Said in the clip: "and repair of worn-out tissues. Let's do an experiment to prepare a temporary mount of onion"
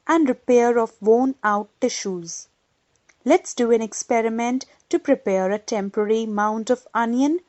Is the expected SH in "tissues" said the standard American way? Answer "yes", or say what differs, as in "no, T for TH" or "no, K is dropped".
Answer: yes